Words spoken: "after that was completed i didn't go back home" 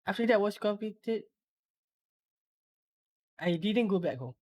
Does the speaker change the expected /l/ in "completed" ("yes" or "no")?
yes